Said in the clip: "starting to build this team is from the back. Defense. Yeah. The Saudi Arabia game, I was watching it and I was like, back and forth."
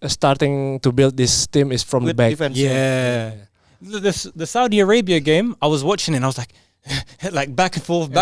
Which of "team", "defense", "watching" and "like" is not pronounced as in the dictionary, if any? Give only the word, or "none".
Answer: defense